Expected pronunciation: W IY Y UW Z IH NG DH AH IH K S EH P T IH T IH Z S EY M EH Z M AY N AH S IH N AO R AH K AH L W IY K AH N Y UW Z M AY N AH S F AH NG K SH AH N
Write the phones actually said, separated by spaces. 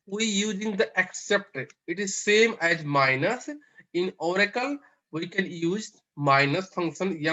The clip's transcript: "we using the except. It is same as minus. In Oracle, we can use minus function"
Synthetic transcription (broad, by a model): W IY Y UW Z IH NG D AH IH K S EH P T IH T IH Z S EY M EH Z M AY N AH S IH N AO R AH K AH L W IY K AH N Y UW Z M AY N AH S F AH NG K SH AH N